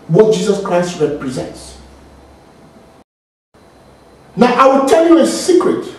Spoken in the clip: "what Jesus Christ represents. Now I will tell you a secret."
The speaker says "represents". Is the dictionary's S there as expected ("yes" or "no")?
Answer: yes